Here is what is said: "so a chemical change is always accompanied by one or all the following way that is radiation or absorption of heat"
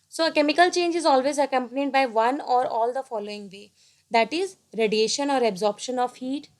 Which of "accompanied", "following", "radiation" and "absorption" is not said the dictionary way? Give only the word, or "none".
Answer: none